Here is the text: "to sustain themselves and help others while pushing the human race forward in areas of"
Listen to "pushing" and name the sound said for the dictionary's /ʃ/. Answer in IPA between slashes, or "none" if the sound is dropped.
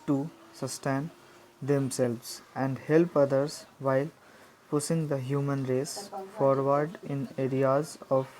/s/